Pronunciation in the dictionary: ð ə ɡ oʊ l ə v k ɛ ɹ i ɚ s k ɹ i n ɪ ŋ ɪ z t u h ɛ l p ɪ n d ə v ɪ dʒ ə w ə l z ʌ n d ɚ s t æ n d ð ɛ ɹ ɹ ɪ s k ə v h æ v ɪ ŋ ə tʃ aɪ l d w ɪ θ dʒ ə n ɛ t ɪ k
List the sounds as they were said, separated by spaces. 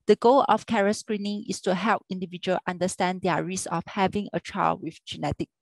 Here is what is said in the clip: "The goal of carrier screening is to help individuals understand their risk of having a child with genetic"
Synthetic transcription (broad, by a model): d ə ɡ oʊ l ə f k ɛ ɹ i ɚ s k ɹ i n ɪ ŋ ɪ s t u h ɛ l p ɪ n d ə v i dʒ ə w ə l ʌ n d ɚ s t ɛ n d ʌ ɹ ɹ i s ə f h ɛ v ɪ ŋ ə tʃ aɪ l w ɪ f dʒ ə n ɛ t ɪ k